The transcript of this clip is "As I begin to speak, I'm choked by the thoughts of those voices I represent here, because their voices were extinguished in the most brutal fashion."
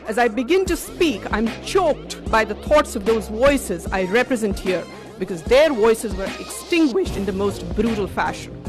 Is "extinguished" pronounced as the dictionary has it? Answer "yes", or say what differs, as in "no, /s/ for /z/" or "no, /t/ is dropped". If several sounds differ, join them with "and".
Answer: yes